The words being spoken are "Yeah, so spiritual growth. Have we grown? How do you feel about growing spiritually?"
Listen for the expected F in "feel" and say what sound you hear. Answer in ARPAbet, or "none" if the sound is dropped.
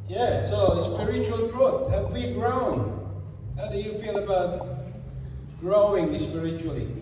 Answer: P